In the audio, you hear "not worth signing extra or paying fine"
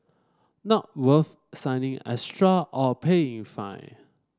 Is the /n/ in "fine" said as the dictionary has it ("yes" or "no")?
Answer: no